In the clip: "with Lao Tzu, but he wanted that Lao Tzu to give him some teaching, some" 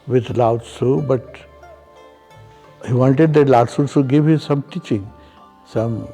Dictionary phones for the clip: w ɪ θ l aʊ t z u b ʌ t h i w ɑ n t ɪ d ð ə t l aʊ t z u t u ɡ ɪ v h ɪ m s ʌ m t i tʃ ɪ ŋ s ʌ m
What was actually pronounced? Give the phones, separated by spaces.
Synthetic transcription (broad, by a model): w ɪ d l aʊ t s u b ʌ t h i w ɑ n t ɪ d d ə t l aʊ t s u s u ɡ ɪ v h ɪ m s ʌ m t i tʃ ɪ ŋ s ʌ m